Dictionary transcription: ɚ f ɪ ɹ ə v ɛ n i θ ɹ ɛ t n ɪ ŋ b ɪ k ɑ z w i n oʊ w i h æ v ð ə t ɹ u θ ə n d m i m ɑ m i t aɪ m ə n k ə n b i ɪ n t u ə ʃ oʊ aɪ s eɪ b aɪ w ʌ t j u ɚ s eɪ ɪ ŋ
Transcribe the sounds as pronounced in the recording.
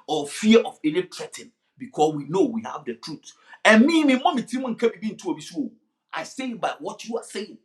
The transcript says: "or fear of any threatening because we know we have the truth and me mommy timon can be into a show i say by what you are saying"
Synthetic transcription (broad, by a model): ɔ f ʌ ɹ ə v ɛ n i t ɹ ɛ t ɪ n b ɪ k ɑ s w i n oʊ w i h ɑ v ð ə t ɹ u t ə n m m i m ɑ m i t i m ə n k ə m b i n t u ə s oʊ aɪ s eɪ b aɪ w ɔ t j u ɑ s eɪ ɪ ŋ